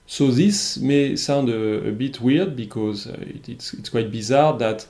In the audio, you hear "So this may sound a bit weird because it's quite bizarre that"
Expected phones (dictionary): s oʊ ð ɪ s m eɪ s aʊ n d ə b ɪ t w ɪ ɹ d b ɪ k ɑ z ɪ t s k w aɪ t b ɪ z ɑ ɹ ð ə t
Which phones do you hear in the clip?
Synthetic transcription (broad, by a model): s oʊ ð ɪ s m eɪ s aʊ n d ə b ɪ t w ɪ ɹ d b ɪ k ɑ z ɪ t s k w aɪ t b ɪ z ɑ ɹ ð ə t